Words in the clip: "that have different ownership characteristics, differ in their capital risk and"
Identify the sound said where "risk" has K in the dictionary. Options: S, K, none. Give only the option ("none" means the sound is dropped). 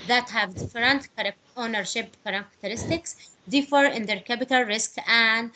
K